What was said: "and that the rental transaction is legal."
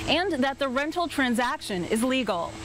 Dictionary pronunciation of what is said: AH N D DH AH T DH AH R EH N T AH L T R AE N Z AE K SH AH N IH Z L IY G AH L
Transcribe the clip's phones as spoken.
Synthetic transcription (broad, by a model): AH N DH AH T DH AH R EH N T L T R AE N Z AE K SH AH N IH Z L IY G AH L